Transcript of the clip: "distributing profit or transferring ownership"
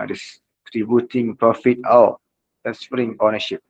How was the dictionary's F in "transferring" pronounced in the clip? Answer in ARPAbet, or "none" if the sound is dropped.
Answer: P